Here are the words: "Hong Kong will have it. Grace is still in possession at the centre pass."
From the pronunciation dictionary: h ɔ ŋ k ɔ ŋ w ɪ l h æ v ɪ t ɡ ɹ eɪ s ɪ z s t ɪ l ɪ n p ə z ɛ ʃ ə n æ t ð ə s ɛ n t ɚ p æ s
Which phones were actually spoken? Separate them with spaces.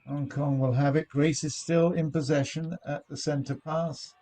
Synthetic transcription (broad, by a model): h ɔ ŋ k ɔ ŋ w ɪ l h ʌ v ɪ t ɡ ɹ eɪ s ɪ z s t ɪ l ɪ n p ə z ɛ ʃ ə n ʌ t ð ə s ɛ n t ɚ p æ s